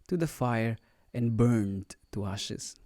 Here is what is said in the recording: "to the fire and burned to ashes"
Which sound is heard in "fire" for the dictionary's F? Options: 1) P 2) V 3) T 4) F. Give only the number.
4